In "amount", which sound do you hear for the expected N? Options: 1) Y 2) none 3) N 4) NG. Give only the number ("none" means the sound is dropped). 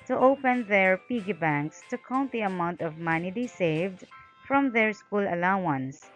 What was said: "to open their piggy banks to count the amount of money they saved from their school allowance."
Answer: 3